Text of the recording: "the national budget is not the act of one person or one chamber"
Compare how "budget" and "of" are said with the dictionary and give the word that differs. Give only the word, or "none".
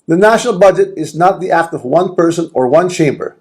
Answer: none